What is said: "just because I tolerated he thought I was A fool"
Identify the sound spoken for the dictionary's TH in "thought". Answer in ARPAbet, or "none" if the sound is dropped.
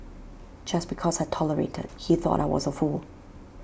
TH